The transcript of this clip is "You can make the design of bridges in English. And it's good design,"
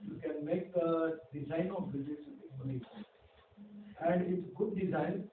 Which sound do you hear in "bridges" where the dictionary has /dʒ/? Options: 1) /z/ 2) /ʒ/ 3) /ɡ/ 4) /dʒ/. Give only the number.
1